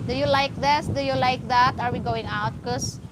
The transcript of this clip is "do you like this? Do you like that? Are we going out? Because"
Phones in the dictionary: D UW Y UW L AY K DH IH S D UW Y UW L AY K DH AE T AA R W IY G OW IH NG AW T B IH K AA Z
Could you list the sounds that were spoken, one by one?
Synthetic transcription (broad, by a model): D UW Y UW L AY K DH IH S D UW Y UW L AY K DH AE T AA R W IY G OW IH NG AW T K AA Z